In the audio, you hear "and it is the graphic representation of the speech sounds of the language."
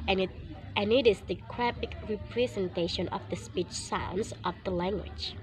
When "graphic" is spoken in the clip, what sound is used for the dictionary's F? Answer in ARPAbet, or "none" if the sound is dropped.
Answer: P